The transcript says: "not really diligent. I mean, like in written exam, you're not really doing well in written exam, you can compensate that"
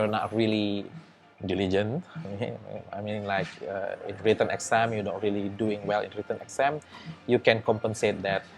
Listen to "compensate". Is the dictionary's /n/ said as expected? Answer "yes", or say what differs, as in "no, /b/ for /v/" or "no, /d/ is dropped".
yes